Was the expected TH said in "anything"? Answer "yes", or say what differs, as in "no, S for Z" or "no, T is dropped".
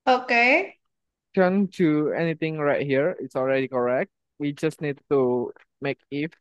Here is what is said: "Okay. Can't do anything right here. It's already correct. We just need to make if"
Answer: no, T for TH